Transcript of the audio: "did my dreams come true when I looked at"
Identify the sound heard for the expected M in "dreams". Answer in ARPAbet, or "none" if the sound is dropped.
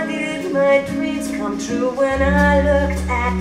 none